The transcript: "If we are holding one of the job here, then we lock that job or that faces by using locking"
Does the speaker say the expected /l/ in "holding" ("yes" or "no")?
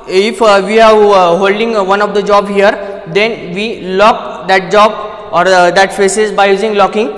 yes